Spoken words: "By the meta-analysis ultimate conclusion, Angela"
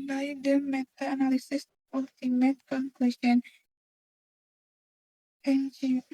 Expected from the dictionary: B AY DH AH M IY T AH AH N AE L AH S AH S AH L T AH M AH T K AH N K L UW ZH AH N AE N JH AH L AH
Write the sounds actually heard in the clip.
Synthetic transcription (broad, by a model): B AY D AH M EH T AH N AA L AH S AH S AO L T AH M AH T K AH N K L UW SH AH N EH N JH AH